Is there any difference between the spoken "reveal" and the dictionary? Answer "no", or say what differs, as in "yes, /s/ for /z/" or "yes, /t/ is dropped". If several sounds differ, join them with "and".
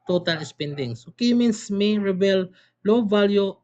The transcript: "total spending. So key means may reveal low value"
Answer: yes, /b/ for /v/